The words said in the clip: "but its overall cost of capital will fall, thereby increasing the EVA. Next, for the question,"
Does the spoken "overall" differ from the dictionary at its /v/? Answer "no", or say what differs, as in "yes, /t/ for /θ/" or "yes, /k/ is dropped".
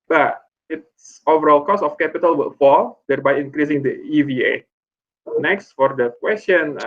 no